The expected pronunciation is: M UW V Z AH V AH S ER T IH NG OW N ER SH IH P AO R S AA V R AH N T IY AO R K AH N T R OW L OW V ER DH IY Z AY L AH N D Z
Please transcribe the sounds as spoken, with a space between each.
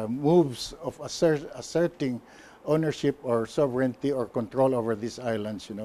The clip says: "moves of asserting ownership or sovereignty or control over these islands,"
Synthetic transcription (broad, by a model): M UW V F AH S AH S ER T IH NG OW N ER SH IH P AO R S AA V R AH N T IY AO R K AH N T R OW L OW V ER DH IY S AY L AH N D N